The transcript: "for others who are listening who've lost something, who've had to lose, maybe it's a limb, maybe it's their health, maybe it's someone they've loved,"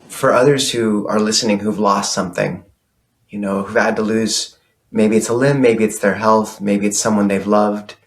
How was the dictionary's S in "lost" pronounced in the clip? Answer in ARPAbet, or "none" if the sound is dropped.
S